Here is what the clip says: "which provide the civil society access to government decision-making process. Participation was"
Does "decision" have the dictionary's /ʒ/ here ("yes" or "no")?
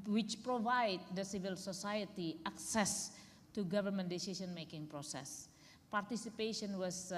no